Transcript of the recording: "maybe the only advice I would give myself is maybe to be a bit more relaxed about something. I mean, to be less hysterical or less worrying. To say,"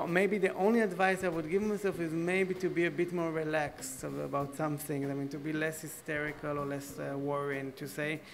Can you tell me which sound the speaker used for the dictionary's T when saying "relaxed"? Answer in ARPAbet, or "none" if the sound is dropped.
T